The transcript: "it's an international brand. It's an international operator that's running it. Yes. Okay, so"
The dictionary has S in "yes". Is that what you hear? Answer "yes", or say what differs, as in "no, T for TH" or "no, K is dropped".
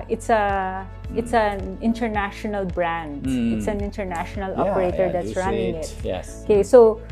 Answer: no, S is dropped